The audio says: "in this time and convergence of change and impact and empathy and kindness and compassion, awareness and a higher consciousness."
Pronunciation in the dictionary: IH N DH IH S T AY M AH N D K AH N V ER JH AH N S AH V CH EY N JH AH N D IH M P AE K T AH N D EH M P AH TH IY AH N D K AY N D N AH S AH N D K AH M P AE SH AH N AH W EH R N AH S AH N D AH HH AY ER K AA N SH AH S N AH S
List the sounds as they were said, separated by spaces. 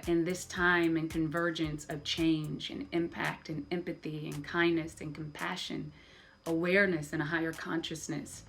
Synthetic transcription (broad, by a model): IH N DH IH S T AY M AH N K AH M V ER JH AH N S AH V CH EY N JH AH N IH M P AE K T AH N EH M P AH TH IY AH N K AY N N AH S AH N K M P AE SH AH N AH W EH R N AH S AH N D AH HH AY ER K AA N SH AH S N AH S